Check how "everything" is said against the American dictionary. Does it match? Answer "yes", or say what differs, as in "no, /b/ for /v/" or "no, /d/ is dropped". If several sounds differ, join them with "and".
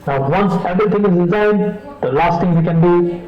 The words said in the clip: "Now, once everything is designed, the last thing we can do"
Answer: no, /t/ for /θ/